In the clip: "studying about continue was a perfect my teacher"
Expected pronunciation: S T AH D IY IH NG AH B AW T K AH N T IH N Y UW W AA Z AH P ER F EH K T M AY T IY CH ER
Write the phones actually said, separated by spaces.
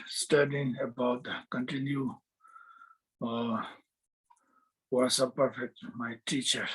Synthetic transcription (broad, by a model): S T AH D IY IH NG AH B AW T K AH N T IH N Y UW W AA S AH P ER F EH K T M AY T IY CH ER